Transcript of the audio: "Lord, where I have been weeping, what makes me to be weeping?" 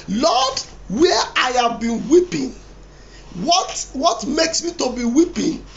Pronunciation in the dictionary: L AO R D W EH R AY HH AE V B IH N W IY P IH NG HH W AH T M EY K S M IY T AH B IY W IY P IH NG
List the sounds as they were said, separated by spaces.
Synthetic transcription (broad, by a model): L AO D W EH AY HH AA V B IH N W IY P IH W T W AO T M EY K S M IY T AH B IY W IY P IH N